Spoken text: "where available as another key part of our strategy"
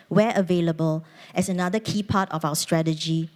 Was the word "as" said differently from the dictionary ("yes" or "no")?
yes